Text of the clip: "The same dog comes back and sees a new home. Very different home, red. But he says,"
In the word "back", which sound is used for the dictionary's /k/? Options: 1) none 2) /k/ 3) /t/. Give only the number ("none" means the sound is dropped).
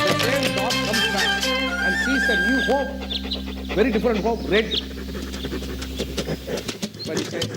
1